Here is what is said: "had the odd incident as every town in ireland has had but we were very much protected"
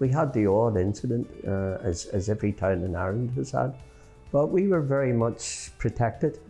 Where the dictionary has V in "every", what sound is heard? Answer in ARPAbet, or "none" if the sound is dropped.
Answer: V